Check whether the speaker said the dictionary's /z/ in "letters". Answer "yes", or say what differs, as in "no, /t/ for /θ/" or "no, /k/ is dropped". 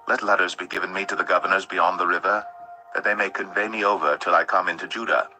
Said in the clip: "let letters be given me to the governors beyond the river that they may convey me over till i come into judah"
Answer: yes